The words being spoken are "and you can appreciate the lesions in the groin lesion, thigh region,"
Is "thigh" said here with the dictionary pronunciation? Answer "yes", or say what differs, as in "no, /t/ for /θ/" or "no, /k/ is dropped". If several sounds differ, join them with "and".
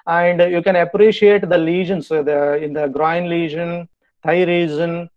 no, /t/ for /θ/